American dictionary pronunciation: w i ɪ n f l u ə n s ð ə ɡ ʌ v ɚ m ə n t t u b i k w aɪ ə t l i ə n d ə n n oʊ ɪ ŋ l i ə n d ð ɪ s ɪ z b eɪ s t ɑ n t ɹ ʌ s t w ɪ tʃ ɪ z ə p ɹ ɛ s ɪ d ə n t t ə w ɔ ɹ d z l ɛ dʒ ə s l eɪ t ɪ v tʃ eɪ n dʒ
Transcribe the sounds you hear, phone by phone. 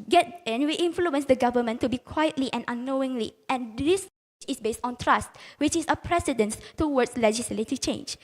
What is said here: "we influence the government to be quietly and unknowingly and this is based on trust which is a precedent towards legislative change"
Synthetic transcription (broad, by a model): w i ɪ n f l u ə n s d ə ɡ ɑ v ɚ m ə n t t u b i k w aɪ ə t l i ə n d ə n n oʊ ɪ ŋ l i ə n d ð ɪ s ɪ s b eɪ s t ɑ n t ɹ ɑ s t w ɪ tʃ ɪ s ə p ɹ ɛ s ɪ d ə n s t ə w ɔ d s l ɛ dʒ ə s l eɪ t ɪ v tʃ eɪ n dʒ